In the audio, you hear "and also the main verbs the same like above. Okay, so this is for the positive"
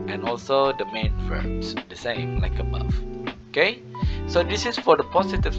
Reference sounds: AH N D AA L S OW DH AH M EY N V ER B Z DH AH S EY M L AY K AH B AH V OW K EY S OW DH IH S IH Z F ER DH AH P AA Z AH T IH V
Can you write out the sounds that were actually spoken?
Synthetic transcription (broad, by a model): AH N AA L S OW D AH M EY N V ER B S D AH S EY M L AY K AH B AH F OW K EY S OW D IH S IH S F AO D AH P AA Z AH T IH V